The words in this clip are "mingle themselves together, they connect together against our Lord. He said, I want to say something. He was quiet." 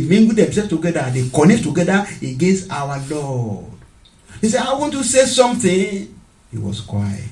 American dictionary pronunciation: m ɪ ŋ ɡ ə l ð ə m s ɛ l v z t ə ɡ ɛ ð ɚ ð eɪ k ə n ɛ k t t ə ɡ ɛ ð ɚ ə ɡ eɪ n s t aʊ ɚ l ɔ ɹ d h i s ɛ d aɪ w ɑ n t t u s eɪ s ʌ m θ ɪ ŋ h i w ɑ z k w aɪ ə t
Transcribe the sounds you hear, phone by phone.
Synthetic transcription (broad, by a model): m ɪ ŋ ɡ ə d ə m s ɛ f t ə ɡ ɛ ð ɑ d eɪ k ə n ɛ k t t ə ɡ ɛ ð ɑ ə ɡ eɪ n s t aʊ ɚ l ɔ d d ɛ s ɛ aɪ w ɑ n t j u s eɪ s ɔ m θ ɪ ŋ h i w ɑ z k w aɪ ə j